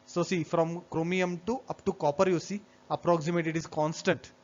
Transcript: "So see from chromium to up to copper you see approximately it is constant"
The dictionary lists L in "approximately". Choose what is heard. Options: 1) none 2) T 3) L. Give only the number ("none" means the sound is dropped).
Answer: 1